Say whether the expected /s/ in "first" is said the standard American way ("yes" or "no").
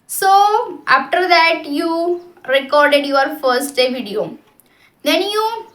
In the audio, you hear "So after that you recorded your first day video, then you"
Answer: yes